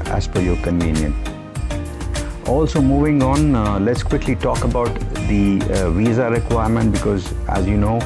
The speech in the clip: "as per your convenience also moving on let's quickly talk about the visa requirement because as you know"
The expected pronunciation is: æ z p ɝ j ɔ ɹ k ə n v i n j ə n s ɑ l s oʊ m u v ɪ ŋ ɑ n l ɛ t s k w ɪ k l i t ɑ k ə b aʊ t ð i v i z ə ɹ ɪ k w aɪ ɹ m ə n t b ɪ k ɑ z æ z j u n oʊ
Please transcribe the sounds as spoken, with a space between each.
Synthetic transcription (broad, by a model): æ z f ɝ j ɔ ɹ k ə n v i n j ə n ɑ l s oʊ m u v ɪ ŋ ɑ n l ɛ t s k w ɪ k l i t ɑ k ə b aʊ t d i v i z ə ɹ ɪ k w aɪ ɹ m ə n t b ɪ k ɑ z æ z j u n oʊ